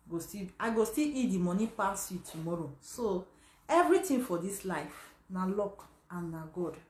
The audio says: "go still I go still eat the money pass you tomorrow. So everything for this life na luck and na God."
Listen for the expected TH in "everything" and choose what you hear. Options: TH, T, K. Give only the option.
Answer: T